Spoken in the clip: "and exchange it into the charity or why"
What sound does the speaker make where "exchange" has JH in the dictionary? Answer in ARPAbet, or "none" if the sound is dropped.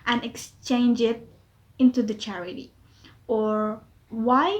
JH